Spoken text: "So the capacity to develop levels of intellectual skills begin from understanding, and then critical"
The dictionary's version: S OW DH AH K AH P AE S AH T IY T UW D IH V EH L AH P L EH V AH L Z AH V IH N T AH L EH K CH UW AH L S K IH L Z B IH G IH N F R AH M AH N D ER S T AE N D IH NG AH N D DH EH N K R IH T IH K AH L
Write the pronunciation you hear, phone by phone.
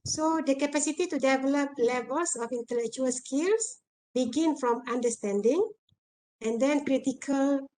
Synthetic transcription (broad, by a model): S OW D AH K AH P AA S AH T IY T UW D IH V EH L AH P L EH V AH L S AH F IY N T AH L EH K CH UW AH L S K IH L S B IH G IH N F R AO M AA N D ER S T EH N D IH NG AH N D EH N K R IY T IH K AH L